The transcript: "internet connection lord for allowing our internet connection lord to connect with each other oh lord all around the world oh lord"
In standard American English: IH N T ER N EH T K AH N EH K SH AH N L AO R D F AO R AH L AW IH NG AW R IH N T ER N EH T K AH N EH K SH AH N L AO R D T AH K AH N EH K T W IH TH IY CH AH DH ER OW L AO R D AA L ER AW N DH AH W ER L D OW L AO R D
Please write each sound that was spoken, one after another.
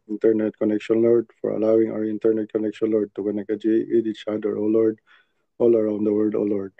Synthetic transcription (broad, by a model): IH N T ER N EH T K AH N EH K SH AH N L AO R D F AO R AH L AW IH NG AW R IH N T ER N EH T K AH N EH K SH AH N L AO R D T AH K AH N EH K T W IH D IY CH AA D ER OW L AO R D AA L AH AW N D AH W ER D OW L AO R D